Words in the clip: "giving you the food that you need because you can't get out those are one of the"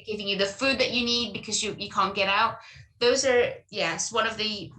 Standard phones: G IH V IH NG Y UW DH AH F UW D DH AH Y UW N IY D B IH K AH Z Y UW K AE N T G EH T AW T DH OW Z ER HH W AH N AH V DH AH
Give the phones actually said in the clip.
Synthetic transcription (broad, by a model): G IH V IH NG Y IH DH AH F UW D DH AH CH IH N IY D B IH K AH Z Y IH K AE N G EH T AW T DH OW Z ER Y W AH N AH V DH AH